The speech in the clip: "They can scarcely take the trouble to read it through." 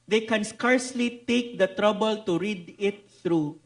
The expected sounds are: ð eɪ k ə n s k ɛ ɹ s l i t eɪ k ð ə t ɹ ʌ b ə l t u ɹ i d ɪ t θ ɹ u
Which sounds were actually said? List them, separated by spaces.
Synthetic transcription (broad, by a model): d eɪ k ə n s k ɛ ɹ s l i t eɪ k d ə t ɹ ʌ b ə l t u ɹ i d ɪ t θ ɹ u